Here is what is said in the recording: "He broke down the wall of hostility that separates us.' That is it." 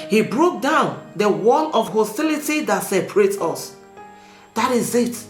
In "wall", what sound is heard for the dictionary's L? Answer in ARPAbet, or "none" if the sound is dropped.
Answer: N